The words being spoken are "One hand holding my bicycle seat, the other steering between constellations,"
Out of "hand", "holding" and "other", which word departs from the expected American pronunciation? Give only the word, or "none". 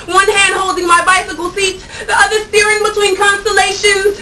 none